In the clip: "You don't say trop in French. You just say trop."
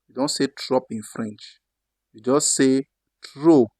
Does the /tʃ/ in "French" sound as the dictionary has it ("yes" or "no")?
yes